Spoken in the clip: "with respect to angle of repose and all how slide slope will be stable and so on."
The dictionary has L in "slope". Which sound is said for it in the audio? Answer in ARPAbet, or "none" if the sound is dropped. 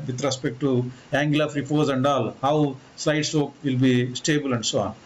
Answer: none